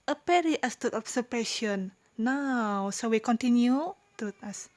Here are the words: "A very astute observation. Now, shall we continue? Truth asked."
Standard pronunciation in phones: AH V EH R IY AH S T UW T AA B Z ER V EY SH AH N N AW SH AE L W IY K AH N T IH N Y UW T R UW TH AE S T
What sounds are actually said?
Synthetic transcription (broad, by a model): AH P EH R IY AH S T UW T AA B S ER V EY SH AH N N AW S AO W IY K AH N T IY N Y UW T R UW T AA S